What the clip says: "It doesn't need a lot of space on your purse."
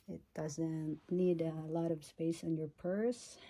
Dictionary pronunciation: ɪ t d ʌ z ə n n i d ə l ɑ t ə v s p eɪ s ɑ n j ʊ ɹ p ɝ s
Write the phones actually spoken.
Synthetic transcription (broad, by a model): ɪ t d ʌ z ə n n i d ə l ɑ t ə v s p eɪ s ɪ n j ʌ ɹ p ɝ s